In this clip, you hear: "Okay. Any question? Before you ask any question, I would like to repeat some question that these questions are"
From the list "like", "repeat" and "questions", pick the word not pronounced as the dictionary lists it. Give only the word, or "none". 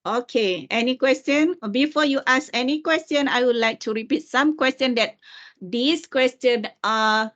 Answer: questions